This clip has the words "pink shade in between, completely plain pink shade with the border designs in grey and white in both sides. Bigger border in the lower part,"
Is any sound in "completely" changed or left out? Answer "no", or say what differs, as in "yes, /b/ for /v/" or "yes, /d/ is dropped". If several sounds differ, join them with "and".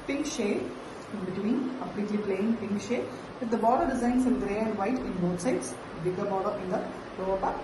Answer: yes, /m/ is dropped